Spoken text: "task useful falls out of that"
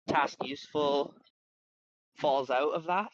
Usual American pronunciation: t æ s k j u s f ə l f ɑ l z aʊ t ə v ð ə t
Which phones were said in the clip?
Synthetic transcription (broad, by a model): t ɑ s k j u s f ə l f ɑ l z aʊ t ə v ð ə t